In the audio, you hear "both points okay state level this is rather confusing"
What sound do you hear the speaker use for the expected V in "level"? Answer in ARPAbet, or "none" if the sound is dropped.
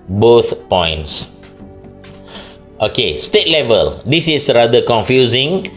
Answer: V